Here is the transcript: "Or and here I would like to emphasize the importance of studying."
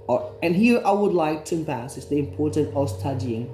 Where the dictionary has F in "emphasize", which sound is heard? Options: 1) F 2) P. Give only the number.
2